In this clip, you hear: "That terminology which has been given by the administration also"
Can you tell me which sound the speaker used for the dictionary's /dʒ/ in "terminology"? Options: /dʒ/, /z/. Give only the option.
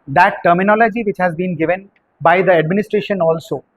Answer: /dʒ/